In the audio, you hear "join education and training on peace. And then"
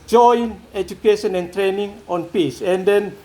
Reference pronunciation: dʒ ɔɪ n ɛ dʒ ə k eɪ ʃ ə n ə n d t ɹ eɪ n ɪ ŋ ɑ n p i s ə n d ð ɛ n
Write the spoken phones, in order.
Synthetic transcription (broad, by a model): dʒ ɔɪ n ɛ dʒ ə k eɪ ʃ ə n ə n t ɹ eɪ n ɪ ŋ ɑ n p i s ə n d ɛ n